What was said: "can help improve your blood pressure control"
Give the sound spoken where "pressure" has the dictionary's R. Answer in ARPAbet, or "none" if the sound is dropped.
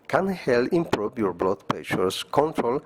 none